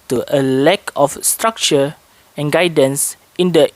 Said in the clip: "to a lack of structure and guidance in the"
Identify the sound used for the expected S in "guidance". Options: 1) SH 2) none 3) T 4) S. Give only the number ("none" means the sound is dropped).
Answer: 4